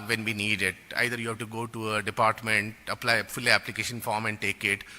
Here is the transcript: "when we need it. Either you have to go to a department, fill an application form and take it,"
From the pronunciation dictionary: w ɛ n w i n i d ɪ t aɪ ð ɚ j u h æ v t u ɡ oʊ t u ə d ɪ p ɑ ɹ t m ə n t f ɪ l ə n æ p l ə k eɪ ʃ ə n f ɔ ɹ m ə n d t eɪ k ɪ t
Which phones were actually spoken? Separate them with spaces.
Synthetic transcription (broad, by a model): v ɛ n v i n i d ɪ t aɪ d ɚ j u h æ v t u ɡ oʊ t u ə d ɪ p ɑ ɹ t m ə n t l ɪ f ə l æ p l ə k eɪ ʃ ə n f ɔ ɹ m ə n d t eɪ k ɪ t